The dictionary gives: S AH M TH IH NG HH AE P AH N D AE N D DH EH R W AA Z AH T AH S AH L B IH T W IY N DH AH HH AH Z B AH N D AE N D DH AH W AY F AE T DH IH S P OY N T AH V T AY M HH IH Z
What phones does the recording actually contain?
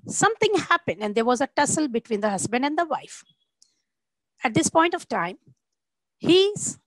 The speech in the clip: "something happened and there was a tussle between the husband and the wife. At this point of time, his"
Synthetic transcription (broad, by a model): S AH M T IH NG HH AE P AH N D AE N D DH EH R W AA Z AH T AH S AH L B IH T W IY N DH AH HH AH Z B AH N D AE N D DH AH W AY F AE T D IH S P OY N T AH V T AY M HH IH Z